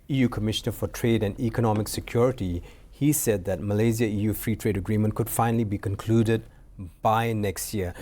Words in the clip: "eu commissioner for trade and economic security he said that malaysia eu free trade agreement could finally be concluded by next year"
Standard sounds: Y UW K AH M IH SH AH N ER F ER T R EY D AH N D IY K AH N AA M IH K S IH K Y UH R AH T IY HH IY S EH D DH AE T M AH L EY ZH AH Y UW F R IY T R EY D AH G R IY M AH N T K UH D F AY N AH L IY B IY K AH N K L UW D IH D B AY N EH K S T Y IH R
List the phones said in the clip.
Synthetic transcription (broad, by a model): Y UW K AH M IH SH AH N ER F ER T R EY D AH N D IY K AH N AA M IH K S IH K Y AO R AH T IY HH IY S EH D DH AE T M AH L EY Z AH Y UW F R IY T R EY D AH G R IY M AH N T K UH D F AY N AH L IY B IY K AH N K L UW D IH D B AY N EH K S T Y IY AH